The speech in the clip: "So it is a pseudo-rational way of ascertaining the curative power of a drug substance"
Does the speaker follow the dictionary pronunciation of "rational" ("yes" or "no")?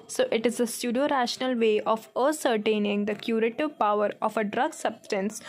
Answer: yes